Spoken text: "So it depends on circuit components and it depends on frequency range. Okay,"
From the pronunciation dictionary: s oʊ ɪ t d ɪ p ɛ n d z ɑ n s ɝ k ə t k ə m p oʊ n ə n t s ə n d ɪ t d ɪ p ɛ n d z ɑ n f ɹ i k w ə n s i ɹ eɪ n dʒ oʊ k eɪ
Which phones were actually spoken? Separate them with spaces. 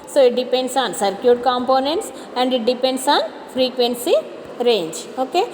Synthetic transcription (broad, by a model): s oʊ ɪ t d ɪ p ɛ n d s ɑ n s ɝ k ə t k ə m p oʊ n ə n t s ə n d ɪ t d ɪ p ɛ n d s ɑ n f ɹ i k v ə n s i ɹ eɪ n dʒ oʊ k eɪ